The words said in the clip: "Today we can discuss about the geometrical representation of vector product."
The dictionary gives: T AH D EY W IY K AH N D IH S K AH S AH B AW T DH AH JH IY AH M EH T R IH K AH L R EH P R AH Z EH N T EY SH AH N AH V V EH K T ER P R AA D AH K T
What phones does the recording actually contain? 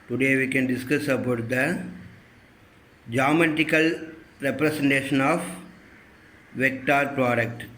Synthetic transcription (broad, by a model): T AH D EY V IY K AH N D IH S K AH S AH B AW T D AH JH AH M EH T IH K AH L R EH P R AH S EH N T EY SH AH N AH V V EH K T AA P R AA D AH K T